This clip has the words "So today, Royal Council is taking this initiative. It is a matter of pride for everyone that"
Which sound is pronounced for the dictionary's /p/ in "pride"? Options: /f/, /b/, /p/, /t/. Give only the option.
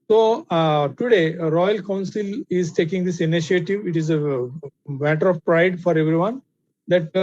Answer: /p/